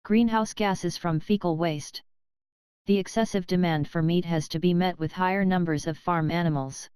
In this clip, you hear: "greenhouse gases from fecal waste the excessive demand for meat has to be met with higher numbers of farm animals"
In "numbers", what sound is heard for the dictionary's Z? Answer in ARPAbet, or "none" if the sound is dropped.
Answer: Z